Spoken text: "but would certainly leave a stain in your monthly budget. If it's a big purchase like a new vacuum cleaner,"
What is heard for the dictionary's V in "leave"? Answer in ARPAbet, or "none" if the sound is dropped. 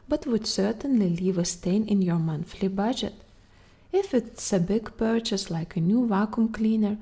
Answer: V